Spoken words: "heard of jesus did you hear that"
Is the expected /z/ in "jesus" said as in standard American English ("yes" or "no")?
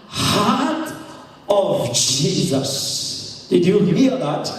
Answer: yes